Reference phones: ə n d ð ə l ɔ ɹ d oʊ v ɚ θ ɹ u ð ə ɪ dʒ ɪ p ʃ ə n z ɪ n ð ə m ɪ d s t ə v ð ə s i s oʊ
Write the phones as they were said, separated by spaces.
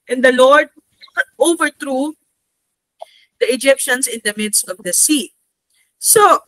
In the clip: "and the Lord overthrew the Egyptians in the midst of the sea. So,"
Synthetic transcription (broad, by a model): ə n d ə l ɔ ɹ d oʊ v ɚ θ ɹ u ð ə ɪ dʒ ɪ p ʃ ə n s ɪ n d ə m ɪ d s t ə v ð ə s i s oʊ